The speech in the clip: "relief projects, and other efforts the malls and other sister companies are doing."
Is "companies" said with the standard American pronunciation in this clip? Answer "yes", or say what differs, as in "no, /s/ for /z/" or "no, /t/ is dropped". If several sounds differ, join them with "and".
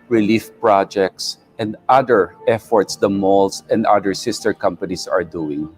no, /s/ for /z/